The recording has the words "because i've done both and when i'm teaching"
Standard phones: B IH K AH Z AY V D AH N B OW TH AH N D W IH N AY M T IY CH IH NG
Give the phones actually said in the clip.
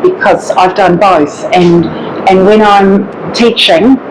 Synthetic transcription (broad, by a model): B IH K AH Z AY V D AH N B OW TH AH N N W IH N AY M T IY CH IH NG